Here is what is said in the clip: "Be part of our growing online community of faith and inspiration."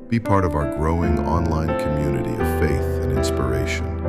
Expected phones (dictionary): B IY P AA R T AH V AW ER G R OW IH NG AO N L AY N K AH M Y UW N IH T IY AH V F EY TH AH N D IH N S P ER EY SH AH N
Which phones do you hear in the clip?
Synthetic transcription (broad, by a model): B IY P AA R T AH V AW ER G R OW IH NG AO N L AY N K AH M Y UW N IH T IY AH V F EY TH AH N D IH N S P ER EY SH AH N